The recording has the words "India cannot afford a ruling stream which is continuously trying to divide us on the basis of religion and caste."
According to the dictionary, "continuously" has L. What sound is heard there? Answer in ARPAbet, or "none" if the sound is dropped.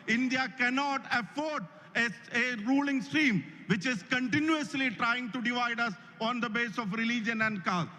L